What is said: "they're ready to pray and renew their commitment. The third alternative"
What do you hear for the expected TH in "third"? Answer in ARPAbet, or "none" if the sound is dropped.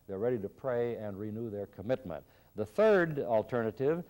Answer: TH